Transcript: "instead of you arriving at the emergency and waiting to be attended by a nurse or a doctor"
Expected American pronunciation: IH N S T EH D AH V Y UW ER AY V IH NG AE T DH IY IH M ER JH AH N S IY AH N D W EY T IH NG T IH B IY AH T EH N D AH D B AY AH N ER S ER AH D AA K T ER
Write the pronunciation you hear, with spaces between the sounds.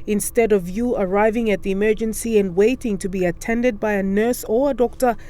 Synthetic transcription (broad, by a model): IH N S T EH D AH V Y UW ER AY V IH NG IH T DH IY IH M ER JH AH N S IY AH N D W EY T IH NG T IH B IY AH T EH N D AH D B AY AH N ER S ER AH D AA K T ER